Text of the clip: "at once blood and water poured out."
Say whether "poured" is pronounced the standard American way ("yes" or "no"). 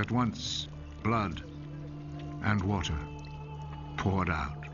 yes